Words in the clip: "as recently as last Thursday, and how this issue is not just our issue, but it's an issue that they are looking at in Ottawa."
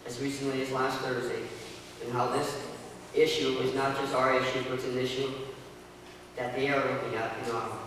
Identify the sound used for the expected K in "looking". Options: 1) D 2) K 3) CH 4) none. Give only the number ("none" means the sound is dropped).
4